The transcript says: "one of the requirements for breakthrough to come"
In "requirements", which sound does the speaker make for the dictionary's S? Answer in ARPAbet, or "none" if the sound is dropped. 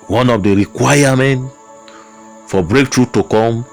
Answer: none